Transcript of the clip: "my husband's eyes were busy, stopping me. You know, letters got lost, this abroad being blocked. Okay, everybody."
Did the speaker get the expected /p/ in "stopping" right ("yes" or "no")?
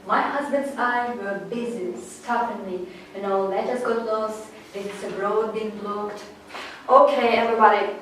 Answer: no